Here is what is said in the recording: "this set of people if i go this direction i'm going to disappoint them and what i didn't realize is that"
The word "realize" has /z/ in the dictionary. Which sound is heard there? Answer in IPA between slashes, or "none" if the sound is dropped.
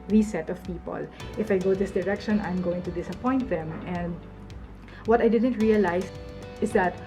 /s/